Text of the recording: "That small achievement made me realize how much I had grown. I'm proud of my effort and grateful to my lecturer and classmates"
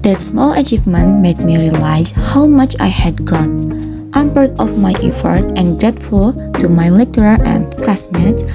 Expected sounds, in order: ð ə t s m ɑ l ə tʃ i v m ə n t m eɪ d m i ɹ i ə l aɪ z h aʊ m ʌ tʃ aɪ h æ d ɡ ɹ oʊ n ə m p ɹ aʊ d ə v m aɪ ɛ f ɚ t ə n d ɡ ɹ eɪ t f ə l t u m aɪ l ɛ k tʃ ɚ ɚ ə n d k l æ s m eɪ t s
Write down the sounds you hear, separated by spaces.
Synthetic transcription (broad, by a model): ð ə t s m ɑ l ə tʃ i v m ə n t m eɪ d m i ɹ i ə l aɪ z h aʊ m ʌ tʃ aɪ h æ d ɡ ɹ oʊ n ə m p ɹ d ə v m aɪ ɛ f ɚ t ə n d ɡ ɹ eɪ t f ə l t u m aɪ l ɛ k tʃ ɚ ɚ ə n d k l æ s m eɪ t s